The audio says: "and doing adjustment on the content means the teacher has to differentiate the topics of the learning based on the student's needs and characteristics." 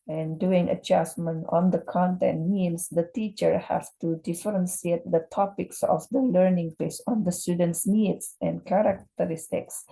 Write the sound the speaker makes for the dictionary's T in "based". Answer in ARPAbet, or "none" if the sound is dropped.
none